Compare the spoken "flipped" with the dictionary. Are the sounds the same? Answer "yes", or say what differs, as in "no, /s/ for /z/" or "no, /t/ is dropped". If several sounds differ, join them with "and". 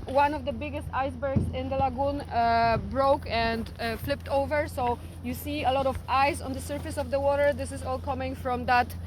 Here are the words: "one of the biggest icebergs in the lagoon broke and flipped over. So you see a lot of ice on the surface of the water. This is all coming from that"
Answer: yes